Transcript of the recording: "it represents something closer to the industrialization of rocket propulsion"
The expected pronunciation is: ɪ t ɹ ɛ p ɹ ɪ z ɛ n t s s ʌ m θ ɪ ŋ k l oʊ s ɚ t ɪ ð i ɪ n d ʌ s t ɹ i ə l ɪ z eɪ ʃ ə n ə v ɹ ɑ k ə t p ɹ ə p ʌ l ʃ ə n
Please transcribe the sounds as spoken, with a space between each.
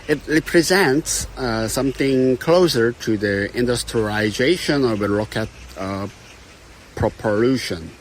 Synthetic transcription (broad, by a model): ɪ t ɹ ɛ p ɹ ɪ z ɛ n t s s ʌ m θ ɪ ŋ k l oʊ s ɚ t ɪ ð i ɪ n d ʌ s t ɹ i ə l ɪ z eɪ ʃ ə n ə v ɹ ɑ k ə t p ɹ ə p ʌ l ʃ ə n